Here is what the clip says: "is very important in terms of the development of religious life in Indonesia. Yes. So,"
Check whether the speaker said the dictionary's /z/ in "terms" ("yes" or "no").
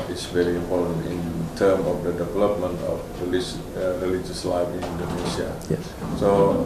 no